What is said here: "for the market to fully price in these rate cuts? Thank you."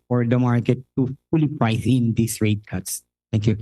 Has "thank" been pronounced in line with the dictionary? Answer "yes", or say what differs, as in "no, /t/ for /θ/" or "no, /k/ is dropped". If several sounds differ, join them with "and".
no, /t/ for /θ/